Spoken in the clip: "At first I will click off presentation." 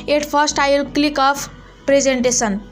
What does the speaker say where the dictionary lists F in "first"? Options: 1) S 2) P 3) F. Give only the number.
2